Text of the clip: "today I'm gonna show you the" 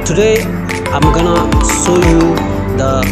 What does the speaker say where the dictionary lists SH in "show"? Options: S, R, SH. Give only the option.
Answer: S